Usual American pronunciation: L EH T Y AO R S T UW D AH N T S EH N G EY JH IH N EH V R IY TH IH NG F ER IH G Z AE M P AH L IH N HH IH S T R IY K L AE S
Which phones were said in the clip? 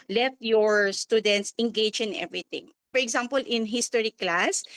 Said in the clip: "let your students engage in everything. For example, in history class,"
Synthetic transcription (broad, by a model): L EH T Y AO R S T UW D AH N T S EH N G EY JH IH N EH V R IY T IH NG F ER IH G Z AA M P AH L IH N HH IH S T R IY K L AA S